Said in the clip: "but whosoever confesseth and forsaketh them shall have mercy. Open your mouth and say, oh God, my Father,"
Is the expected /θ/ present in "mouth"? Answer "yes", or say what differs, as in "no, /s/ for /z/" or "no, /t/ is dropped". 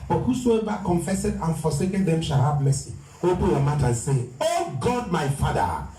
no, /t/ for /θ/